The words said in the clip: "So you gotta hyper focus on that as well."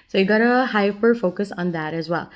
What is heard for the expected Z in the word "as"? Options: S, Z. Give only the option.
Z